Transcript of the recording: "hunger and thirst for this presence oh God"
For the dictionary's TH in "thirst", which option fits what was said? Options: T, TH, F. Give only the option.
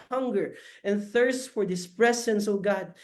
TH